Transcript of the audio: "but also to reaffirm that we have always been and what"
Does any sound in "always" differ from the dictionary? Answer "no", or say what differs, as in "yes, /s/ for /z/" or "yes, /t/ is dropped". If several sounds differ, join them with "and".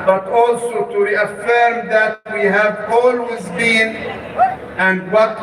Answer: no